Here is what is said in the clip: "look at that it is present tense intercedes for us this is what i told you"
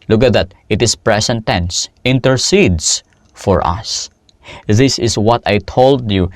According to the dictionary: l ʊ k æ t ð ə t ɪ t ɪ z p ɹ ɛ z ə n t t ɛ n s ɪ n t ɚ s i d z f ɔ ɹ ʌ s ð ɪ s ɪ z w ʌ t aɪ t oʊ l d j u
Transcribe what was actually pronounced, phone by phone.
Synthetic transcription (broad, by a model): l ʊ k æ t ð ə t ɪ t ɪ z p ɹ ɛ s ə n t t ɛ n s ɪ n t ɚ s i d s f ɔ ɹ ʌ s ð ɪ s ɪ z w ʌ t aɪ t oʊ l d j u